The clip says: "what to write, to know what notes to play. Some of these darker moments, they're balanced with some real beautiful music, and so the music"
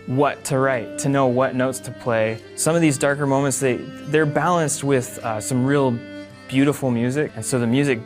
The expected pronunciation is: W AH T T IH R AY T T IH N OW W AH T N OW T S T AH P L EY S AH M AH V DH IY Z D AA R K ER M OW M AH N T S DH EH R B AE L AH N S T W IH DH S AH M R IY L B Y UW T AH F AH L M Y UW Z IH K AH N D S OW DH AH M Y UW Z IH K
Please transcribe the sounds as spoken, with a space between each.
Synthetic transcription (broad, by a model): W AH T T IH R AY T T IH N OW W AH T N OW T S T AH P L EY S AH M AH V DH IY Z D AA R K ER M OW M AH N T S DH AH R B AE L AH N S T W IH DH S AH M R IY L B Y UW T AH F L M Y UW Z IH K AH N S OW DH AH M Y UW Z IH K